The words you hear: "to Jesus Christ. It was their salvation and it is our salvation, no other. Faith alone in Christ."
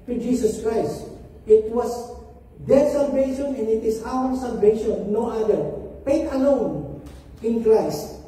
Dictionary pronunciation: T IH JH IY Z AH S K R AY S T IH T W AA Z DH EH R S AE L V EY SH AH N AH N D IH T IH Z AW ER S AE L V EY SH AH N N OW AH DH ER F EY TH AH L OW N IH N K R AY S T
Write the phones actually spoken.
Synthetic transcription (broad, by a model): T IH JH IY S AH S K R AY S T IH T W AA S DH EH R S AE L V EY SH AH N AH N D IH T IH S AW ER S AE L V EY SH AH N N OW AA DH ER P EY T AH L OW N IH N K R AY S T